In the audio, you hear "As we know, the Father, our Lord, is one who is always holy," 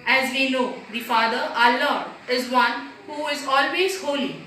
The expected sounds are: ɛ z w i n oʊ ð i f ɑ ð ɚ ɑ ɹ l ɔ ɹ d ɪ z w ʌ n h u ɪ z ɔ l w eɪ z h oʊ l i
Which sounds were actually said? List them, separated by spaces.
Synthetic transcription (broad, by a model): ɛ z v i n oʊ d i f ɑ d ɚ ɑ l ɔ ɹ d ɪ z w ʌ n h u ɪ z ɔ l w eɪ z h oʊ l i